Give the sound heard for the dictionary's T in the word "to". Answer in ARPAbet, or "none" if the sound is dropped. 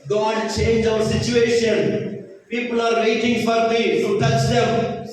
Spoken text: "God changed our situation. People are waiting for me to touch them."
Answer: S